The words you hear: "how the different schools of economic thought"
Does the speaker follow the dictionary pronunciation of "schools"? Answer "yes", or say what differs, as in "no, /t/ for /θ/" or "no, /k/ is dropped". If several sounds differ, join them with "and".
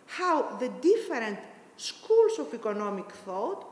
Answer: no, /s/ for /z/